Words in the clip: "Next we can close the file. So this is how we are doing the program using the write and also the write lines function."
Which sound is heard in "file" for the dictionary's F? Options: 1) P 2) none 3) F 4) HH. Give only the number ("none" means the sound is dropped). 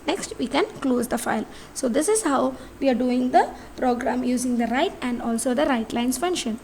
3